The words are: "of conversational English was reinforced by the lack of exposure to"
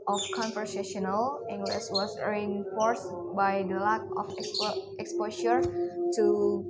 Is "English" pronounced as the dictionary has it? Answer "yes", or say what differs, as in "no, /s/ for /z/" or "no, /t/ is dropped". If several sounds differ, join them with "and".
no, /s/ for /ʃ/